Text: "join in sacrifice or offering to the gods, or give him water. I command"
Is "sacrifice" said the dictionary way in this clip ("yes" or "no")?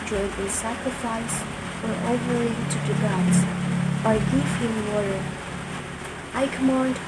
yes